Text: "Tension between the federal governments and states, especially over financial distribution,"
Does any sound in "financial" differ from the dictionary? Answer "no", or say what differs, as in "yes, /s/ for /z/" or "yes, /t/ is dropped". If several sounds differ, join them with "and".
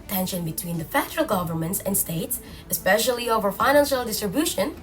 no